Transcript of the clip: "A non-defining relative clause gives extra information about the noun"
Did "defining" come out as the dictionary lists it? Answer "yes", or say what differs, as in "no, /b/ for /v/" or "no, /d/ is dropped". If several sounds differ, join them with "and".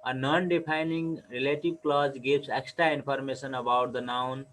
no, /p/ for /f/